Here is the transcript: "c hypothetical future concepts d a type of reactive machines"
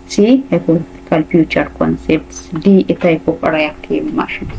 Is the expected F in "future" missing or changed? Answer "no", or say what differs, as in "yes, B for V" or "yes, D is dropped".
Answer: yes, P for F